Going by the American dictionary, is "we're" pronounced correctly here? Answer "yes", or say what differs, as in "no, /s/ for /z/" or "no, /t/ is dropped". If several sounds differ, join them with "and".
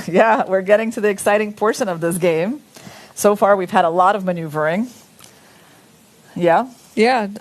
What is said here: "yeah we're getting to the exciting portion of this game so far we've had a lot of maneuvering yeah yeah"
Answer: yes